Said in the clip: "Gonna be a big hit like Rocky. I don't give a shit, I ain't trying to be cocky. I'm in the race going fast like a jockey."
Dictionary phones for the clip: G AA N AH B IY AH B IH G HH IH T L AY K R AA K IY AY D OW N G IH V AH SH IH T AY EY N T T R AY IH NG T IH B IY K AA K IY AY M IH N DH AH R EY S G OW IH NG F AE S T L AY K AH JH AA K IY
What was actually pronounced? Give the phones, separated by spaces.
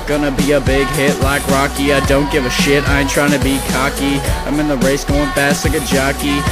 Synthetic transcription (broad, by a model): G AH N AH B IY AH B IH G HH IH T L AY K R AA K IY AY D OW N G IH V AH SH IH T AY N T T R AY IH NG T IH B IY K AA K IY AY M IH N DH AH R EY S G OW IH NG P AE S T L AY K AH JH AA K IY